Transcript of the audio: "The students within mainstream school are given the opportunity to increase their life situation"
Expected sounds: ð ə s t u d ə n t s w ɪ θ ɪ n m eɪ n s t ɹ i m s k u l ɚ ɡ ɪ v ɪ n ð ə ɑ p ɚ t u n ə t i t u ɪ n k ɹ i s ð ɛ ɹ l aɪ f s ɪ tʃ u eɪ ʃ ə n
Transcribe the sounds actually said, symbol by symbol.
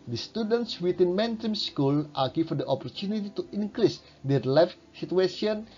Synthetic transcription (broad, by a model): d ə s t u d ə n t s w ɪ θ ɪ n m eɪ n t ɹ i m s k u l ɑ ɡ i f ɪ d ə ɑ p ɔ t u n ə t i t u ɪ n k ɹ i s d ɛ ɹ l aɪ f s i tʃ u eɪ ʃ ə n